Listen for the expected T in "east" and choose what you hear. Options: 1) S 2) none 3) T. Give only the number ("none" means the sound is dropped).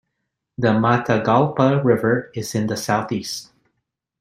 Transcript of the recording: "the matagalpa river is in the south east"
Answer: 3